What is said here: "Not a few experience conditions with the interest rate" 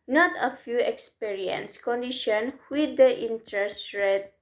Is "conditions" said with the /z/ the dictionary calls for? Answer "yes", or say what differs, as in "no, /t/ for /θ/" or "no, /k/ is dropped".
no, /z/ is dropped